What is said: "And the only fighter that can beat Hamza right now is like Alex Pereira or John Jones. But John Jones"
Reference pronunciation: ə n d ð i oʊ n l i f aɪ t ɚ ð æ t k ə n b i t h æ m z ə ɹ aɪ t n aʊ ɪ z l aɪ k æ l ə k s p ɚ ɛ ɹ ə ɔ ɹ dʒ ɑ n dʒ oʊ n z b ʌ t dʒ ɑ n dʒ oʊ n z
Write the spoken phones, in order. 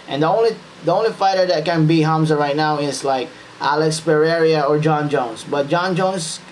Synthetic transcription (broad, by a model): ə n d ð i oʊ n l i f aɪ t ɚ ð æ t k ə n b i h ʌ m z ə ɹ aɪ t n aʊ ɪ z l aɪ k æ l ə k s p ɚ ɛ ɹ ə ɔ ɹ dʒ ɑ n dʒ oʊ n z b ʌ t dʒ ɑ n dʒ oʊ n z